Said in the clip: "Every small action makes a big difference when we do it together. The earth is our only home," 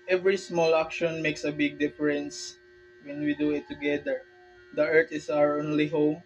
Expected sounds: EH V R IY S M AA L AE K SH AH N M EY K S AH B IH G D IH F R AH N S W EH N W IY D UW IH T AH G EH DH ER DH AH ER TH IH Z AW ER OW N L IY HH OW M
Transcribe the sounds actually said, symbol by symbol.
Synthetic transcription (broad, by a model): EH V R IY S M AA L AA K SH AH N M EY K S AH B IH G D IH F R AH N S W EH N W IY D UW IH T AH G EH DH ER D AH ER T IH S AW ER OW N L IY HH OW M